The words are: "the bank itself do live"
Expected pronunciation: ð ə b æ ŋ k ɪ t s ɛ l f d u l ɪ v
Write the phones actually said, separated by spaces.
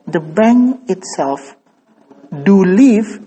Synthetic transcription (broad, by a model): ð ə b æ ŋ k ɪ t s ɛ l f d u l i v